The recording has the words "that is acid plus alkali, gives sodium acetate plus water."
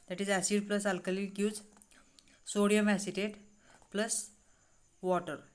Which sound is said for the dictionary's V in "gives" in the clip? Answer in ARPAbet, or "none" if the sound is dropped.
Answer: none